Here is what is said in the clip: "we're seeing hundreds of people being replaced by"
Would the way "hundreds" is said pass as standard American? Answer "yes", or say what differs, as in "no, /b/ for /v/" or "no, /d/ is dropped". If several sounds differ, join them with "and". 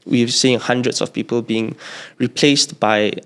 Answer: no, /s/ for /z/